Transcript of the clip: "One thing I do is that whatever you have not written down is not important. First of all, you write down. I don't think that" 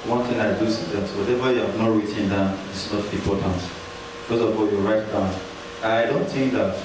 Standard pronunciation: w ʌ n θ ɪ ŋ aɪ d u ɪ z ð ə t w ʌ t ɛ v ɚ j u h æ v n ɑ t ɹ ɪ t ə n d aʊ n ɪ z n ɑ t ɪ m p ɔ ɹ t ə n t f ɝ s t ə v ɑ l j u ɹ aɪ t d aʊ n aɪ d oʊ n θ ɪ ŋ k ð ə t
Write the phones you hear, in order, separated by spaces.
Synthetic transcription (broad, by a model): w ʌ n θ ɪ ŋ aɪ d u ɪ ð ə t w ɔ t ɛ v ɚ j u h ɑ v n ɑ t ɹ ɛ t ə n d aʊ n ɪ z n ɑ t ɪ m p ɔ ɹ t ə n t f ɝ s ə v ɑ l j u ɹ aɪ t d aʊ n aɪ d oʊ n θ ɪ ŋ k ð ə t